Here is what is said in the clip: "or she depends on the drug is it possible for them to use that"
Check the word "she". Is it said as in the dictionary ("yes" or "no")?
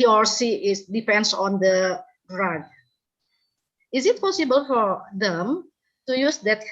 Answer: no